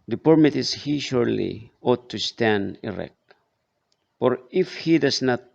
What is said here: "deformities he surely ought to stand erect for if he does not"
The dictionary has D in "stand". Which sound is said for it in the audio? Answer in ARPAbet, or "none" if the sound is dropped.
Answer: D